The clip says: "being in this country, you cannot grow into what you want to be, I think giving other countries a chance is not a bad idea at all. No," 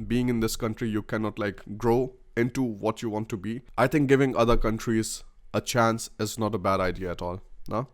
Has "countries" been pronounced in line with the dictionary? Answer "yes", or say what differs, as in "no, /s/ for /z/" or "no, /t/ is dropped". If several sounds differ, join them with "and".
yes